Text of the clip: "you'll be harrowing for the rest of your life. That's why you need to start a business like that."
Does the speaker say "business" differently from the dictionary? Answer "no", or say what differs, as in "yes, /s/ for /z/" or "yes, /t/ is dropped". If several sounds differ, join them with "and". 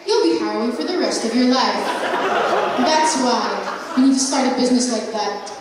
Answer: no